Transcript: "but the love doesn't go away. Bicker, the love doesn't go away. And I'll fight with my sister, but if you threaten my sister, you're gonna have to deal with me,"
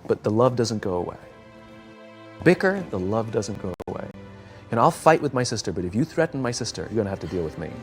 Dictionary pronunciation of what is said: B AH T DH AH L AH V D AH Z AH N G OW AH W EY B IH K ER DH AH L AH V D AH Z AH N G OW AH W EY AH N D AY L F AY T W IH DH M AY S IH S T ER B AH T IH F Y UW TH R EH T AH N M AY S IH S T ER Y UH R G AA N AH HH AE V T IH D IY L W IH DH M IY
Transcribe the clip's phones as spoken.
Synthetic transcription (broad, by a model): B AH T DH AH L AH V D AH Z AH N G OW AH W EY B IH K ER DH AH L AH V D AH Z AH N G OW AH W EY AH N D AY L F AY T W IH DH M AY S IH S T ER B AH T IH F Y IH TH R EH T N M AY S IH S T ER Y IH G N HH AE F T IH D IY L W IH DH M IY